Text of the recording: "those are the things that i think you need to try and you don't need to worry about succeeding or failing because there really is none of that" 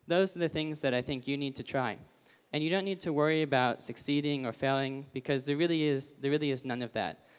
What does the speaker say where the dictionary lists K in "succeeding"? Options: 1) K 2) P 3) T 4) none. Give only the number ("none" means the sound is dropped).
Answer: 1